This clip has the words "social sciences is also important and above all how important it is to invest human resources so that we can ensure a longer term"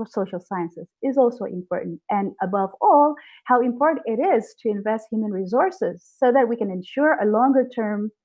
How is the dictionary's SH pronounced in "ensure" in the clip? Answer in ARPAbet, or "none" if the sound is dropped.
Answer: SH